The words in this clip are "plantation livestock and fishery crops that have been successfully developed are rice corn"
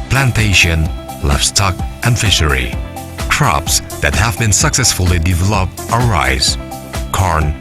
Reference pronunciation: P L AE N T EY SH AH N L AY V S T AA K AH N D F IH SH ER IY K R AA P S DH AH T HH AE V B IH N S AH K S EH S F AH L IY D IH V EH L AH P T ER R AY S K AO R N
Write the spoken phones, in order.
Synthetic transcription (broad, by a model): P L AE N T EY SH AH N L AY F S T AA K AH N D F IH SH ER IY K R AA P S DH AH T HH AE V B IH N S AH K S EH S F AH L IY D IH V EH L AH P T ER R AY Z K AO R N